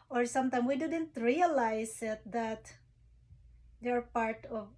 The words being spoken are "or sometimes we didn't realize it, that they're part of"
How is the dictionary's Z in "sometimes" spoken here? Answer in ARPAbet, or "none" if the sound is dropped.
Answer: none